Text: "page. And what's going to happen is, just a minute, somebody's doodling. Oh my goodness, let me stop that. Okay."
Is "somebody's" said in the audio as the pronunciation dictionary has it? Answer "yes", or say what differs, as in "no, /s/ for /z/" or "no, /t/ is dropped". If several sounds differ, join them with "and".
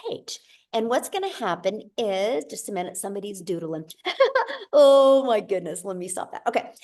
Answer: yes